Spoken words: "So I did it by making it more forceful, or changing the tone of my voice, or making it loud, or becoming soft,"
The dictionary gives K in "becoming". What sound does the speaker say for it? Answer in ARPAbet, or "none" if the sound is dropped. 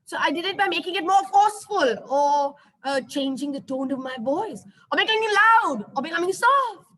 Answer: none